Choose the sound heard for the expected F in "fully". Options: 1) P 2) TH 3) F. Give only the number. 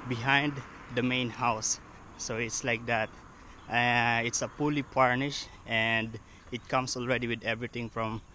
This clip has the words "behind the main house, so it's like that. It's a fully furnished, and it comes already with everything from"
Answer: 1